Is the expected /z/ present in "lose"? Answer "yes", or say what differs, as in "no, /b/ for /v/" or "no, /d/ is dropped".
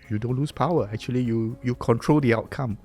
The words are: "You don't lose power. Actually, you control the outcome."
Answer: no, /s/ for /z/